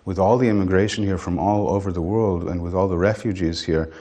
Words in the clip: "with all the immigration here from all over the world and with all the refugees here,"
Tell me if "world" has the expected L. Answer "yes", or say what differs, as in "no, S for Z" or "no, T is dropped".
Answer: yes